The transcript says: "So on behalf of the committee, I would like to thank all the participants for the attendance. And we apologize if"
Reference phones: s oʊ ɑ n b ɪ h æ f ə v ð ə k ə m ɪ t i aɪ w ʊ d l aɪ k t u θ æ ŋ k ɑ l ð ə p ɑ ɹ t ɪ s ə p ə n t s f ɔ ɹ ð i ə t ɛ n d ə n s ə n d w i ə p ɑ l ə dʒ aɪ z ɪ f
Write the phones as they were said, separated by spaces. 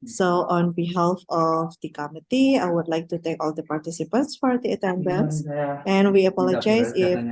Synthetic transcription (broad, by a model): s oʊ ɑ n b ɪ h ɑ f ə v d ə k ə m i t i aɪ w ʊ d l aɪ k t u t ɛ k ɑ l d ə p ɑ ɹ t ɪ s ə p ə n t s f ɔ ɹ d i ə t ɛ n d ə n s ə n w i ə p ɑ l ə dʒ aɪ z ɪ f